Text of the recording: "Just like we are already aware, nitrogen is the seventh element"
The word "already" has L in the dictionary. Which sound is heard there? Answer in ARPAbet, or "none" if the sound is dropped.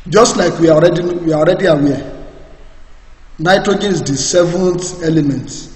W